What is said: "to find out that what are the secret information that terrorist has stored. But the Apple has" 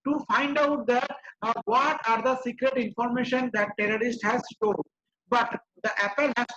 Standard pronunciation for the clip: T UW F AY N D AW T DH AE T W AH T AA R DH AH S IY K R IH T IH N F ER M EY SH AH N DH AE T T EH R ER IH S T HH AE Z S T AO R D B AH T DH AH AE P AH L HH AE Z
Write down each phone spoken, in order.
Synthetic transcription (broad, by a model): T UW F AY N D AW T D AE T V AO T AA R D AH S IY K R IH T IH N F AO M EY SH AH N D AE T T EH R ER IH S T HH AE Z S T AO L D B AH T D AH AE P AH L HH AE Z